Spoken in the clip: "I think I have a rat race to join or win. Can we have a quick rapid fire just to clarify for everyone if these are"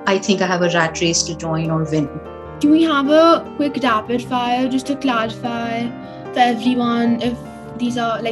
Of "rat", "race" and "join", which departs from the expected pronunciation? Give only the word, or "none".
none